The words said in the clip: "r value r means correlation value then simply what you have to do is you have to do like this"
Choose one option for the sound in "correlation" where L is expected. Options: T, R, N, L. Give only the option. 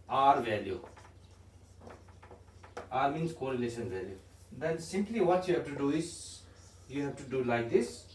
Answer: L